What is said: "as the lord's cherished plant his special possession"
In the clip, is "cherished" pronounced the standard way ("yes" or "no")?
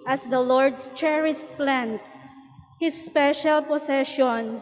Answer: no